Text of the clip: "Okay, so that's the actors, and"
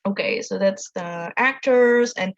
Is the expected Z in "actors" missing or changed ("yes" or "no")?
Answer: no